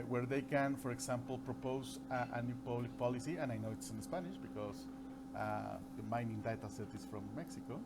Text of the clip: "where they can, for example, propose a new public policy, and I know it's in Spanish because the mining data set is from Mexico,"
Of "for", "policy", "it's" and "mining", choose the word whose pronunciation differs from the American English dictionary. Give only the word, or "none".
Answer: none